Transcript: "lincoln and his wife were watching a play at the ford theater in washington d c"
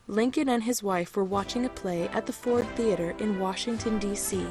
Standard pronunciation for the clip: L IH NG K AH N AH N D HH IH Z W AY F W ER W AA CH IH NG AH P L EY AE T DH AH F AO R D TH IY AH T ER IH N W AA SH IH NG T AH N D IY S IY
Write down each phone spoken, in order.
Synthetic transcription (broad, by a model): L IH NG K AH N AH N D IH Z W AY F W ER W AA CH IH NG AH P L EY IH T DH AH F AO R D TH IY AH T ER IH N W AA SH IH NG T AH N D IY S IY